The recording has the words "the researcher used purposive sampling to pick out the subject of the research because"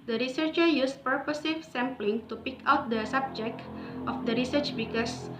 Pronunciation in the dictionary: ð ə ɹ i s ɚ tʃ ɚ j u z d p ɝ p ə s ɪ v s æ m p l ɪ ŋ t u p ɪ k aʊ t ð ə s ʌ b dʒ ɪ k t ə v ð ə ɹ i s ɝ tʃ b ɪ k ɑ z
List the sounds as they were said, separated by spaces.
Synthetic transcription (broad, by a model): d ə ɹ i s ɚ tʃ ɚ j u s p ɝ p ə s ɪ f s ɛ m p l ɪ ŋ t u p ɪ k aʊ t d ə s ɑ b dʒ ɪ k t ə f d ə ɹ i s ɝ tʃ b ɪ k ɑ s